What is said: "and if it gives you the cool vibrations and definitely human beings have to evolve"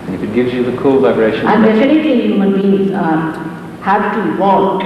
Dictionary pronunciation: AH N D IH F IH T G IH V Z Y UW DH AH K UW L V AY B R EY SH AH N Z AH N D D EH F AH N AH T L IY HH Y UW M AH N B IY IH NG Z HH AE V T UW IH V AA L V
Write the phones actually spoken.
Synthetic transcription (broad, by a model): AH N IH F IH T G IH V Z Y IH DH AH K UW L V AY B R EY SH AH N AH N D D EH F AH N AH T L IY HH Y UW M AH N B IY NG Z HH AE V T UW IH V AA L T